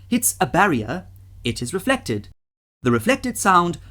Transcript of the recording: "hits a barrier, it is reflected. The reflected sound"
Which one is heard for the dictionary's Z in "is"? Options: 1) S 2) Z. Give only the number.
2